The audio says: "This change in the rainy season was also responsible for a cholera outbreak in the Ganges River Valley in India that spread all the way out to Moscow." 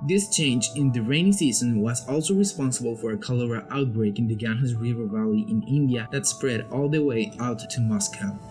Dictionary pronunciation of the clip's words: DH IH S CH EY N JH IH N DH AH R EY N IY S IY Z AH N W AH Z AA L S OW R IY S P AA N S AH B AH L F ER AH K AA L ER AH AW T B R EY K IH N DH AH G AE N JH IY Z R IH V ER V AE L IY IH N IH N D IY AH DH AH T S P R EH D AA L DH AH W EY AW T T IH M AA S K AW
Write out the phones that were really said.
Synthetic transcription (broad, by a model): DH IH S CH EY N JH IH N DH AH R EY N IY S IY Z AH N W AH Z AA L S OW R IY S P AA N S AH B AH L F ER AH K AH L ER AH AW T B R EY K IH N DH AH G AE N IY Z R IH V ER V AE L IY IH N IH N D IY AH DH AH T S P R EH D AA L DH AH W EY AW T T IH M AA S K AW